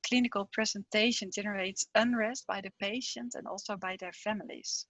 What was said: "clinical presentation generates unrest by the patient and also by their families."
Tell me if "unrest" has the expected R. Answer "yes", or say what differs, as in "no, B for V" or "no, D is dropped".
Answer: yes